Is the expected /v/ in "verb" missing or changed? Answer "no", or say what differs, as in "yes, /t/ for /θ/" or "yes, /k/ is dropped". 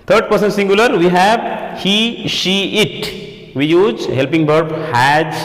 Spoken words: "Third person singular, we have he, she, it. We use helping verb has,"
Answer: yes, /b/ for /v/